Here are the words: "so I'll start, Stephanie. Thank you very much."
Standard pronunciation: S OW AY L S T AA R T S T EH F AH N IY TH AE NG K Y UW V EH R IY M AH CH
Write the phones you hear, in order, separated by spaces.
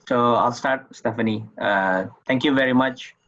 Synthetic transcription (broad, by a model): S OW AY L S T AA R T S T EH F AH N IY T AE NG K Y UW V EH R IY M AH CH